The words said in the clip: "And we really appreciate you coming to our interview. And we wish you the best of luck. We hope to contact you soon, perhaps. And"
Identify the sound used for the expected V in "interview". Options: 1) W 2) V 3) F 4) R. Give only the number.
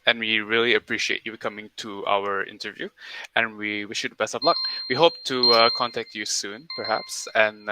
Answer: 2